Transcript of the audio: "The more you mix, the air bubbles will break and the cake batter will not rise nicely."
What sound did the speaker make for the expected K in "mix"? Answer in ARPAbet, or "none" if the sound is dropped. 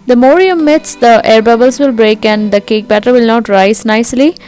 none